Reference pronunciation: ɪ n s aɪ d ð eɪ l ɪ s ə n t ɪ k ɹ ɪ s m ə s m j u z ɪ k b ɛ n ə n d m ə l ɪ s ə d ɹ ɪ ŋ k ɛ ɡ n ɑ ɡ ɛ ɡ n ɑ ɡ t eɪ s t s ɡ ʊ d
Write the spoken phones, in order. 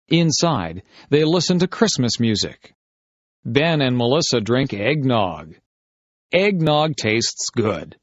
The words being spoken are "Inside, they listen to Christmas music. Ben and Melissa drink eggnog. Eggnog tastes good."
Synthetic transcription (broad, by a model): ɪ n s aɪ d ð eɪ l ɪ s ə n t ɪ k ɹ ɪ s m ə s m j u z ɪ k b ɛ n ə n m ə l ɪ s ə d ɹ ɪ ŋ k ɛ ɡ n ɑ ɡ ɛ ɡ n ɑ ɡ t eɪ s t s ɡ ʊ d